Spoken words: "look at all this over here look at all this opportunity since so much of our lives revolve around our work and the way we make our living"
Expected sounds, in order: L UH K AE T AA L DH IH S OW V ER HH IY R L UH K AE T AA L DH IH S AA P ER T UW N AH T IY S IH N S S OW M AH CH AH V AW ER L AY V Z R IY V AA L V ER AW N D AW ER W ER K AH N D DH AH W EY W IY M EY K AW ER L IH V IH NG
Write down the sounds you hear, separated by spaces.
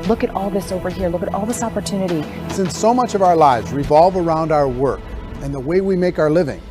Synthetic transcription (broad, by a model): L UH K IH T AA L DH IH S OW V ER HH IY R L UH K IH T AA L DH IH S AA P ER T UW N AH T IY S IH N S S OW M AH CH AH V AW ER L AY V Z R IY V AA L V ER AW N D AW ER W ER K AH N DH AH W EY W IY M EY K AW ER L IH V IH NG